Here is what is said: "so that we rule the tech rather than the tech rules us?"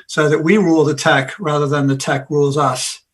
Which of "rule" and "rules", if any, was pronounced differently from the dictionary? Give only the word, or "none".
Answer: none